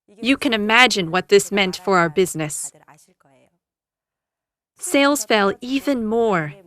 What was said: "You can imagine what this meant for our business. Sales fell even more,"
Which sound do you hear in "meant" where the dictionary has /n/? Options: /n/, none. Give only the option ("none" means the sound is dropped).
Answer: /n/